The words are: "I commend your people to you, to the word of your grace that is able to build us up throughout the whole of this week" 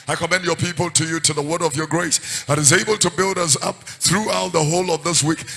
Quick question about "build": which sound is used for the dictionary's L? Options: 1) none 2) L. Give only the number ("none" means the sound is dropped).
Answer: 2